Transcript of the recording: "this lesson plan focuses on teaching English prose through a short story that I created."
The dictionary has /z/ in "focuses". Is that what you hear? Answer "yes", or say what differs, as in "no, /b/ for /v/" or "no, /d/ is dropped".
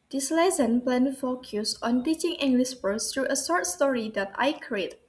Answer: no, /s/ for /z/